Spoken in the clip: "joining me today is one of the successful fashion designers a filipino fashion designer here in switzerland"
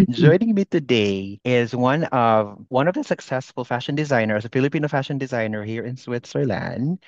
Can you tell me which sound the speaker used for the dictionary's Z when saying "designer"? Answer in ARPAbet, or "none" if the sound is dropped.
Z